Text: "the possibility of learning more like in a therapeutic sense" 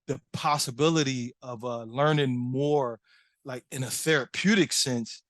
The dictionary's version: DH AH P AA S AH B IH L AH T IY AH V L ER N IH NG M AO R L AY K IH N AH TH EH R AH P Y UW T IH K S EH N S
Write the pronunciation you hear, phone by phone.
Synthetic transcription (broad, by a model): DH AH P AA S AH B IH L AH T IY AH V L ER N IH NG M AO R L AY K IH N AH TH EH R AH P Y UW T IH K S EH N S